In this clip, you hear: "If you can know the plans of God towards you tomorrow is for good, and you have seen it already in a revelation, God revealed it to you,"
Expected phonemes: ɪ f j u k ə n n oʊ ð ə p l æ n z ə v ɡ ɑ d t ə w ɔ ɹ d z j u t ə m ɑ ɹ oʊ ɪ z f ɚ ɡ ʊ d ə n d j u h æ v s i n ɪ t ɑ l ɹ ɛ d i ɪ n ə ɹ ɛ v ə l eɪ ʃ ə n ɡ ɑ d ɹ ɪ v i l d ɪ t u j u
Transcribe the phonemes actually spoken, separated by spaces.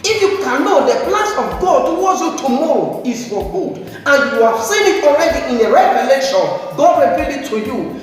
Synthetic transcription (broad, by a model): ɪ f j u k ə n n oʊ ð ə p l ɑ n s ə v ɡ ɑ d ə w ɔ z j u t ə m ɑ ɹ oʊ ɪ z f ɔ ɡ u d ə n j u h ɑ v s i n ɪ t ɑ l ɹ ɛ d i ɪ n ə ɹ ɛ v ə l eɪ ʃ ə n ɡ ɑ d ɹ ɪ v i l ɪ t u j u